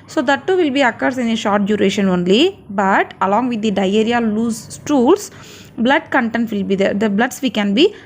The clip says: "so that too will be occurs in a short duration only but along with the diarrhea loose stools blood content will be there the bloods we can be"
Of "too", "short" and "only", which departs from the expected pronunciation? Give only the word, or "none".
none